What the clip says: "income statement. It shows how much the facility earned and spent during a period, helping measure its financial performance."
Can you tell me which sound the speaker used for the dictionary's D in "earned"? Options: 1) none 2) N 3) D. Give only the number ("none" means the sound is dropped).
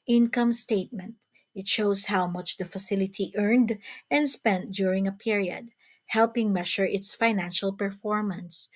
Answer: 3